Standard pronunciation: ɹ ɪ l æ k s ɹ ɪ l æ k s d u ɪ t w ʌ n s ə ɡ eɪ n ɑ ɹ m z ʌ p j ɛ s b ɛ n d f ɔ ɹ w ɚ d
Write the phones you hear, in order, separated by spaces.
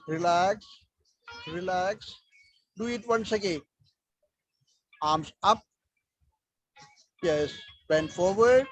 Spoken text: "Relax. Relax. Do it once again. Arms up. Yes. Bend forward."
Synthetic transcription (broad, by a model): ɹ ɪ l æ k s ɹ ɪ l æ k s d u ɪ t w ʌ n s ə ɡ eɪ ɑ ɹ m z ʌ p j ɛ s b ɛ n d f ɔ ɹ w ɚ d